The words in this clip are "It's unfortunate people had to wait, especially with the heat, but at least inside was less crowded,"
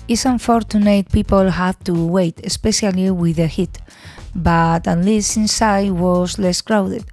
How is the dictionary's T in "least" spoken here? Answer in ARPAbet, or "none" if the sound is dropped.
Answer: none